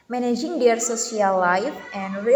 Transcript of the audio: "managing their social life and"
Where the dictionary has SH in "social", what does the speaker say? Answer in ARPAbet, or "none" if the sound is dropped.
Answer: S